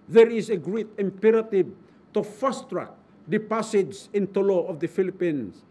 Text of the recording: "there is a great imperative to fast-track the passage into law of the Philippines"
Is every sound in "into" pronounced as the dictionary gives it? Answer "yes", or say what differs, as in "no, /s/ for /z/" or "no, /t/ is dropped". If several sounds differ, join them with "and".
yes